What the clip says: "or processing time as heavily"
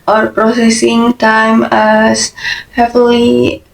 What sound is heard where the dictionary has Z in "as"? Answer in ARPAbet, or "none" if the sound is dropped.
S